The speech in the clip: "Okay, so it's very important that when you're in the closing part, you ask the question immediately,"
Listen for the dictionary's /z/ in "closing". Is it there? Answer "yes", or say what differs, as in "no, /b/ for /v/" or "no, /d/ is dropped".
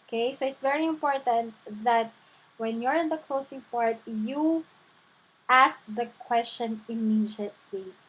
no, /s/ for /z/